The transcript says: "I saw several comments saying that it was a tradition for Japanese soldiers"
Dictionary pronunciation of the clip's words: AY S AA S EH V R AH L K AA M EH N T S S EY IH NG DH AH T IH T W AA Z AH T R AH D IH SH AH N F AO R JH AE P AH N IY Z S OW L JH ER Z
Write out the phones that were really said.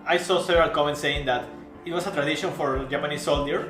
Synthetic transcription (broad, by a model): AY S AA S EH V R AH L K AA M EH N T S S EY IH NG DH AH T IH T W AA S AH T R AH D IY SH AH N F AO R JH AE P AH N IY S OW L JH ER